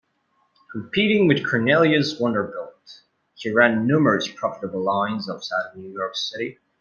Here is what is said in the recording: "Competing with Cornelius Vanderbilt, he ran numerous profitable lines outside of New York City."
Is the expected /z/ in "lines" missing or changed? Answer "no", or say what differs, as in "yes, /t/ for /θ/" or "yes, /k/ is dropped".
no